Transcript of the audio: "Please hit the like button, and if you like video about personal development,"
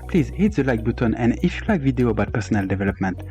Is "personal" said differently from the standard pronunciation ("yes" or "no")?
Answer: no